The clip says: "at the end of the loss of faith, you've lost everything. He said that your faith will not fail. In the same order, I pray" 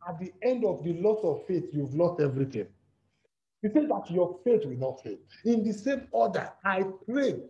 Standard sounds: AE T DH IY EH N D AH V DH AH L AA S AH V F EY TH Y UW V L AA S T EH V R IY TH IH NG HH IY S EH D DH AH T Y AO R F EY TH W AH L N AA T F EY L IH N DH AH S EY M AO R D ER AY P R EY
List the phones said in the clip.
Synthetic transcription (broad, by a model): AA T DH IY EH N D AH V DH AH L AA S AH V F EY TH Y UW V L AA S T EH V R IY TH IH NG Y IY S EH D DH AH T Y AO F EY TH W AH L N AA T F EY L IH N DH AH S EY M AO D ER AY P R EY